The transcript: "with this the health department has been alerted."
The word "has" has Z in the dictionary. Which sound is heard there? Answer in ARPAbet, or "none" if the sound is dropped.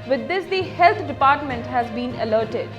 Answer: Z